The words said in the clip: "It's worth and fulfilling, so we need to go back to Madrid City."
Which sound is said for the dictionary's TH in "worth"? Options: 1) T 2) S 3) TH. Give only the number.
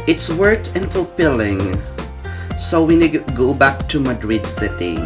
1